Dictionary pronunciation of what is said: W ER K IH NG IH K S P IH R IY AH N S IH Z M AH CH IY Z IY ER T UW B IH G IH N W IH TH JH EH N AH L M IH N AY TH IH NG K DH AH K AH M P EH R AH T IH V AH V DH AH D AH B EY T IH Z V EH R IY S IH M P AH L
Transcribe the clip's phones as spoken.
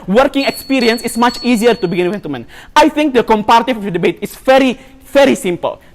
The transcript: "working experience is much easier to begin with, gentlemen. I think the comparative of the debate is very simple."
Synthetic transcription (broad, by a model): W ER K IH NG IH K S P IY R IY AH N S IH S M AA CH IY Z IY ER T UW B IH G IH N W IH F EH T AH M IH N AY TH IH NG K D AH K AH M P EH R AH T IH F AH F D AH D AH B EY T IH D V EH R IY S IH M P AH L